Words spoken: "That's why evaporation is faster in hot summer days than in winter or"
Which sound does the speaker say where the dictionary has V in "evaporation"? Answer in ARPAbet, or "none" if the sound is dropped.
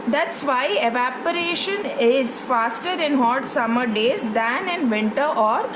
V